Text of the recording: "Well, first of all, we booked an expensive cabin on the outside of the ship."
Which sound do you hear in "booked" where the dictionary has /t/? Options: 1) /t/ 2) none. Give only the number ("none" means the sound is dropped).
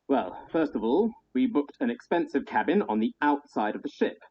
1